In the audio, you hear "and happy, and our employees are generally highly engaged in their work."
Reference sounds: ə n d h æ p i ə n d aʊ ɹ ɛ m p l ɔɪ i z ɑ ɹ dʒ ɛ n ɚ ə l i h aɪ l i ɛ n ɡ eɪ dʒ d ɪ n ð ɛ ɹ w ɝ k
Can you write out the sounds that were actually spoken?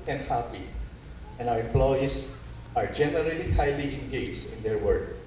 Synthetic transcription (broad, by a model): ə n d h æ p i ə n aʊ ɹ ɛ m p l ɔɪ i s ɑ ɹ dʒ ɛ n ɚ ə l i h aɪ l i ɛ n ɡ eɪ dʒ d ɪ n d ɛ ɹ w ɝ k